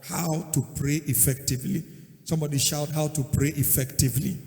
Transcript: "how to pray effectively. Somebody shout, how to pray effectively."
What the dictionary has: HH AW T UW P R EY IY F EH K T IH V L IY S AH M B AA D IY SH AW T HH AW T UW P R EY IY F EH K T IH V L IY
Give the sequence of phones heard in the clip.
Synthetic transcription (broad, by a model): HH AW T UW P R EY IY F EH K T IH V L IY S AH M B AA D IY SH AW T HH AW T UW P R EY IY F EH K T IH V L IY